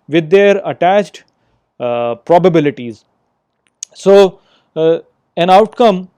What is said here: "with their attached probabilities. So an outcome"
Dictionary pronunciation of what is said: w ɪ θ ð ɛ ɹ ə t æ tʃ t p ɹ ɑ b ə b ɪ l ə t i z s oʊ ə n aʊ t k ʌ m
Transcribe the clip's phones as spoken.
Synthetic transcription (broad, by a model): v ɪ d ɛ ɹ ə t æ tʃ t p ɹ ɑ b ə b ɪ l ə t i z s oʊ ə n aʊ t k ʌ m